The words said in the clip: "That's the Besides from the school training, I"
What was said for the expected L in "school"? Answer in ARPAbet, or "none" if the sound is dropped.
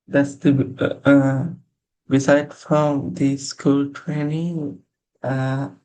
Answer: L